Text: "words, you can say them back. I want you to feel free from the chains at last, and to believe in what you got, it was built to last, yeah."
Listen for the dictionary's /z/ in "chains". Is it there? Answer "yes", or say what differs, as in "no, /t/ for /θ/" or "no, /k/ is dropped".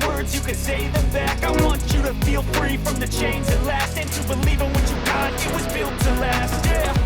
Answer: no, /z/ is dropped